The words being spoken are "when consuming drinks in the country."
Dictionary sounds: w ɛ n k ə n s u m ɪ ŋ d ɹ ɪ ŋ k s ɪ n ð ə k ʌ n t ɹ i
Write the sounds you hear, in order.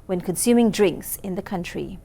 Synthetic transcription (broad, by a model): w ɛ n k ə n s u m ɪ ŋ d ɹ ɪ ŋ k s ɪ n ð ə k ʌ n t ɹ i